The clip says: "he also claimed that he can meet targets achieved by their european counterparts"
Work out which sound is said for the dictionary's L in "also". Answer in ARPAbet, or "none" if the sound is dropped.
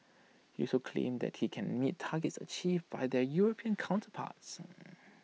none